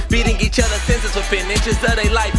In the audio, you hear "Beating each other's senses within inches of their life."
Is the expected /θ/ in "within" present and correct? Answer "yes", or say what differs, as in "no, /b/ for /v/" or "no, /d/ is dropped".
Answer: no, /f/ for /θ/